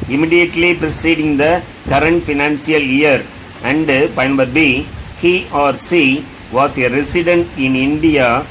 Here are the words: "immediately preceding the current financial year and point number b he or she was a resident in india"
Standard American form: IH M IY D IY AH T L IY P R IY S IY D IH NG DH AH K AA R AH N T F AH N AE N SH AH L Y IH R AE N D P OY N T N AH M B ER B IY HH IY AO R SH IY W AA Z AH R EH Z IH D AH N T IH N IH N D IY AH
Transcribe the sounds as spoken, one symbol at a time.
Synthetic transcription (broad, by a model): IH M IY D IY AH T L IY P R IY S IY D IH NG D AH K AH R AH N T F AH N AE N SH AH L Y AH R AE N D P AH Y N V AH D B B IY HH IY AO R S IY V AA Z AH R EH S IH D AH N T IH N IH N D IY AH